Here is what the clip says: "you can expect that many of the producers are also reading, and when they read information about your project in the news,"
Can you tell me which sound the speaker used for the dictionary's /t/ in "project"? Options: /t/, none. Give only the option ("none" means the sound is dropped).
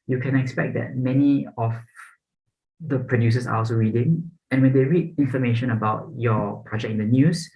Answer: none